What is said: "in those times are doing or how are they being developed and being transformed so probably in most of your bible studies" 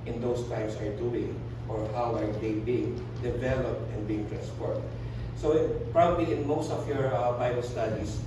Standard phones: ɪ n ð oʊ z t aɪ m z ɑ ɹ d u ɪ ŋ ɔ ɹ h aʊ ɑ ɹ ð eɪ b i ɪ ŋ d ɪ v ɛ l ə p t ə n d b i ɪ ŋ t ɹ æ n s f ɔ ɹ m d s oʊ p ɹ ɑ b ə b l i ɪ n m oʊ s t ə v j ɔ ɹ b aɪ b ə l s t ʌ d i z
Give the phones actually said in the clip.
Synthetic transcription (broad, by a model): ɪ n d oʊ s t aɪ m s ɑ ɹ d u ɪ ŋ ɔ ɹ h aʊ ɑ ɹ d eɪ b i ɪ ŋ d ɪ v ɛ l ə p t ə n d b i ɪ ŋ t ɹ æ n s p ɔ ɹ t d s oʊ p ɹ ɑ b ə b l i ɪ n m oʊ s t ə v j ɔ ɹ b aɪ b ə l s t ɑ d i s